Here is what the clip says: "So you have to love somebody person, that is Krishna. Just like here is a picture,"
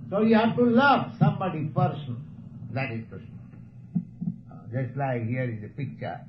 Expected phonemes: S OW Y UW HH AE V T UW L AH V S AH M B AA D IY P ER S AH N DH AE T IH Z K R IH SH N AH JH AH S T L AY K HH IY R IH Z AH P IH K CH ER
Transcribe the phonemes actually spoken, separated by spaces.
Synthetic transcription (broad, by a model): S OW Y UW HH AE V T UW L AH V S AH M B AA D IY P ER S AH N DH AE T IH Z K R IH S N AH JH AH S T L AY K HH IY R IH Z AH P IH K CH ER